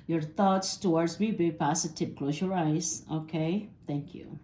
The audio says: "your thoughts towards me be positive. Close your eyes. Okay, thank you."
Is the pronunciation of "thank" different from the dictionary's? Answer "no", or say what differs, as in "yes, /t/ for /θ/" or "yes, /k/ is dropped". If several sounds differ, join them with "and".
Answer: yes, /t/ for /θ/